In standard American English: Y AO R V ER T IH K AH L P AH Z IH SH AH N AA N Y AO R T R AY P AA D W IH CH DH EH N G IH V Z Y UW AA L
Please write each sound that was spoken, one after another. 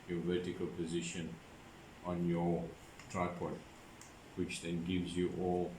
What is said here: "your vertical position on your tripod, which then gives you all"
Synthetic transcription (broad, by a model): Y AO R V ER T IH K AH L P AH Z IH SH AH N AA N Y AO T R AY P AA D W IH CH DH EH N G IH V Z Y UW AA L